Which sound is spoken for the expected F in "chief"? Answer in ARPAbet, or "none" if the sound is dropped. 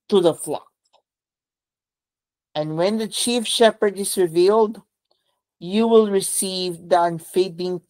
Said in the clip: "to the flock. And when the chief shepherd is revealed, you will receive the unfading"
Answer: F